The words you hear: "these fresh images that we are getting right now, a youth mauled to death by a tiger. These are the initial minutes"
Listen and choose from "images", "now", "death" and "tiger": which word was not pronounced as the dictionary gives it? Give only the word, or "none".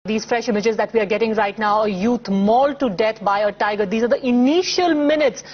death